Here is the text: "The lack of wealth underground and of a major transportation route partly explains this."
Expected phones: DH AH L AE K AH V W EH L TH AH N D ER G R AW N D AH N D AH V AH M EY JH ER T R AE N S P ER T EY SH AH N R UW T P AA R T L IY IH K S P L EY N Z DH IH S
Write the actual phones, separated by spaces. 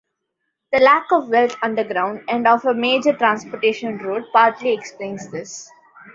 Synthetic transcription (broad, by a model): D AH L AE K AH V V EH L T AH N D ER G R AW N D AH N D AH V AH M EY JH ER T R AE N S P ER T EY SH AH N R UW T P AA R T L IY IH K S P L EY N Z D IH S